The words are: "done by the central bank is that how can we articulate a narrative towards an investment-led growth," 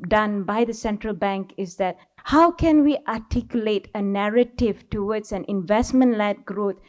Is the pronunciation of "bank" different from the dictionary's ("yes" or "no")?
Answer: no